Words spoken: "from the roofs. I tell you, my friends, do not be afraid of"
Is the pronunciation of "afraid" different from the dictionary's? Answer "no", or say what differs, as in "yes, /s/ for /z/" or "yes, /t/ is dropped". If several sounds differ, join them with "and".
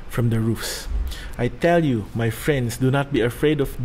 no